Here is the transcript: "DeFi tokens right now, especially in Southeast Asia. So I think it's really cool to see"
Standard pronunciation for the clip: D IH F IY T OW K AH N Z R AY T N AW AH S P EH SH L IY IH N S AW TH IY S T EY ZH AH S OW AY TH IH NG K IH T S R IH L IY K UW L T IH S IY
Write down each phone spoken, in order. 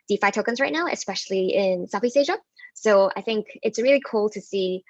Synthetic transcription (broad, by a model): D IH F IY T OW K AH N Z R AY T N AW AH S P EH SH L IY IH N S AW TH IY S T EY ZH AH S OW AY TH IH NG K IH T S R IH L IY K UW L T IH S IY